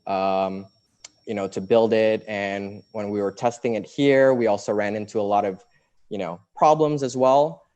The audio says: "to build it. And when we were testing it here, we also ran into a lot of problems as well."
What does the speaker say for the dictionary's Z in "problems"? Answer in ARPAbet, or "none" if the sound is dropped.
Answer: Z